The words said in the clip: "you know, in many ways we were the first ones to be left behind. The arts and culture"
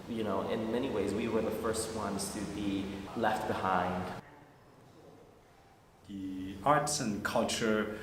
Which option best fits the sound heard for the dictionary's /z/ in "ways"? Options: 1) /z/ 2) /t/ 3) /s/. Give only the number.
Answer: 1